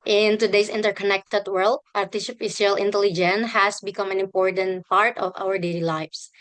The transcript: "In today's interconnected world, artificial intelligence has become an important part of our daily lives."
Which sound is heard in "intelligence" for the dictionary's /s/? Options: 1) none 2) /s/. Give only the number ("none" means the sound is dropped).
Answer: 1